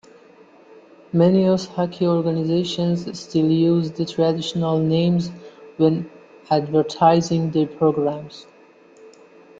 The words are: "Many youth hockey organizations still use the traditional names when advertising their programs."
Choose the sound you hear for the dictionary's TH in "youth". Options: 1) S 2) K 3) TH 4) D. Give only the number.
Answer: 1